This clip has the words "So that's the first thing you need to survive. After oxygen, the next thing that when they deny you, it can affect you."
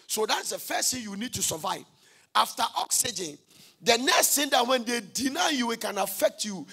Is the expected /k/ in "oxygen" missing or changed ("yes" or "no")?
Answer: no